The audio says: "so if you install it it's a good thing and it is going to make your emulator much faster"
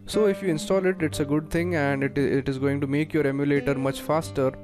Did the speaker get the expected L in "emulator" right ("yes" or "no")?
yes